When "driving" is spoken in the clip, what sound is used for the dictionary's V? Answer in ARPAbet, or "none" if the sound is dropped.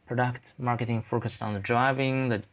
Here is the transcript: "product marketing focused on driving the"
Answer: V